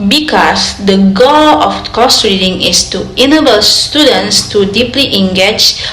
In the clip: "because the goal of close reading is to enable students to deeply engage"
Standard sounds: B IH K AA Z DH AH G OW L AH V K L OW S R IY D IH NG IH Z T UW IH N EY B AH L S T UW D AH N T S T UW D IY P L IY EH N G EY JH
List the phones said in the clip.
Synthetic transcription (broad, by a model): B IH K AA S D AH G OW L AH F K OW S R IY D IH NG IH S T UW IH N EY B AH L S T UW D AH N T S T UW D IY P L IY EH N G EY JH